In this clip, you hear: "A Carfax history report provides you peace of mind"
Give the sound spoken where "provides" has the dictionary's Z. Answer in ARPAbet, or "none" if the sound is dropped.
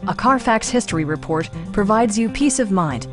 Z